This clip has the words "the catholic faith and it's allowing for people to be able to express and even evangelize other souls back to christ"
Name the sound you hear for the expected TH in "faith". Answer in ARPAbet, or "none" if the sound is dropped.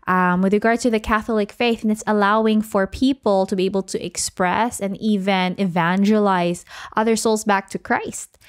TH